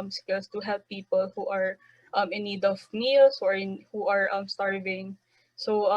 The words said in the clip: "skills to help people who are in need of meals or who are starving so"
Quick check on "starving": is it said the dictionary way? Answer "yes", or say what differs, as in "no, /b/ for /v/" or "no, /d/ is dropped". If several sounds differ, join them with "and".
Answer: yes